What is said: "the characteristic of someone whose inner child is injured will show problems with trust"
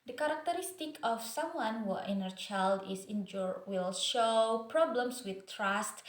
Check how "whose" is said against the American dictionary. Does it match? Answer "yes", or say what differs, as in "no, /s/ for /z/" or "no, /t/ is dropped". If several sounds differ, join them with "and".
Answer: no, /z/ is dropped